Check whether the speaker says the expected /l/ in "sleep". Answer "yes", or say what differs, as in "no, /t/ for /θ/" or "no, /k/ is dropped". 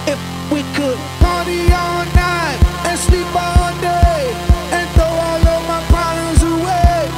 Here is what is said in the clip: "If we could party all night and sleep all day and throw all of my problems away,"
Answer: yes